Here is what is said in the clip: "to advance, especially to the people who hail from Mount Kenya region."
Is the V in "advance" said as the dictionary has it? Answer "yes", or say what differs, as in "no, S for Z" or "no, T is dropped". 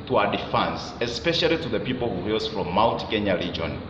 no, F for V